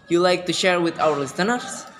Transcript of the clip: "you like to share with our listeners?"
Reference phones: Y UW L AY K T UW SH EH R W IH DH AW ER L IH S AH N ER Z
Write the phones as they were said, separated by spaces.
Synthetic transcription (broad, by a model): Y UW L AY K T UW SH EH R W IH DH AW ER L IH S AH N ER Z